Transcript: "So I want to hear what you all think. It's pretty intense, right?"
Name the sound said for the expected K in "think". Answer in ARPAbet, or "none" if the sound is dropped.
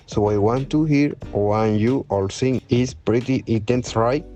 none